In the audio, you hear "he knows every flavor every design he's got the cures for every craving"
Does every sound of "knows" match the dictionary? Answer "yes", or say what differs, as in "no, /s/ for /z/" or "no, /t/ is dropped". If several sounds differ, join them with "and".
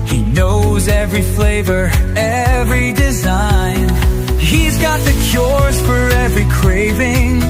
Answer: yes